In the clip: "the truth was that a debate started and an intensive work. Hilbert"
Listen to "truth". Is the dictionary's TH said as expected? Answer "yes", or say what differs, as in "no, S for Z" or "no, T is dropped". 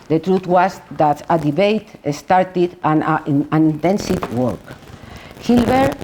no, T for TH